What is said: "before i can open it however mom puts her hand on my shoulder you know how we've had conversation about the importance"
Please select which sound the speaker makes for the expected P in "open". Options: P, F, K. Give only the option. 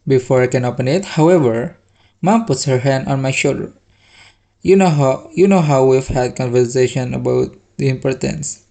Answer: P